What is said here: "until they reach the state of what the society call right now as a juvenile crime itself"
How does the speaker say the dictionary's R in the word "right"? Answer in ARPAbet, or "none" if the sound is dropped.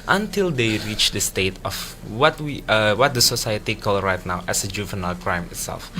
R